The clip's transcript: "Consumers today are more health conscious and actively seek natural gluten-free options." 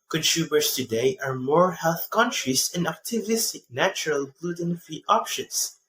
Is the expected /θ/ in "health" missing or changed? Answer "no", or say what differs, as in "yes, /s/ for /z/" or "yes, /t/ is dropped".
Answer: no